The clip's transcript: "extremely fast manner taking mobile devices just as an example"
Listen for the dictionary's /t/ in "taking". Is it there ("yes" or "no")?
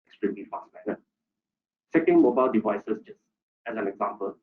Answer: no